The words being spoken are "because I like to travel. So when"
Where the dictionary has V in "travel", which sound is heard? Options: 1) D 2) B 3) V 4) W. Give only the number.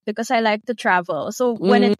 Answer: 3